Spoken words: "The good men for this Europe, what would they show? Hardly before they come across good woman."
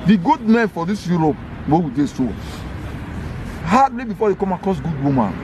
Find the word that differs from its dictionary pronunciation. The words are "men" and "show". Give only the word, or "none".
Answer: show